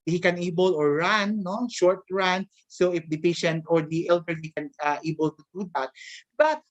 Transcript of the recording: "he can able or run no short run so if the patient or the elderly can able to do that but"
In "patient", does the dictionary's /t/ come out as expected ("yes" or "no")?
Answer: yes